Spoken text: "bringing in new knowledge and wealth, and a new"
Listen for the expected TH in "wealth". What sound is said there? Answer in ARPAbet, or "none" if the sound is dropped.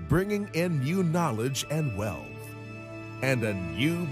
TH